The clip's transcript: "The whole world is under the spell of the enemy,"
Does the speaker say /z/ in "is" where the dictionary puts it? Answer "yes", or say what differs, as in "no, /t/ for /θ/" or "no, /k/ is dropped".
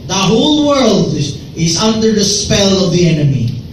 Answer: yes